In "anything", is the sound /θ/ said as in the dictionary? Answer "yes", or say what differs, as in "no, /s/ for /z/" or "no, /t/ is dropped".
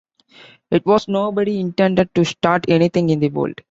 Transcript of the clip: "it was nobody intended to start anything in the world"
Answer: no, /t/ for /θ/